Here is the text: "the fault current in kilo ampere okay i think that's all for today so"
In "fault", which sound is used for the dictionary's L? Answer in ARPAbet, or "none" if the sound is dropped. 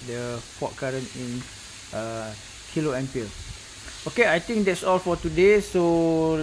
none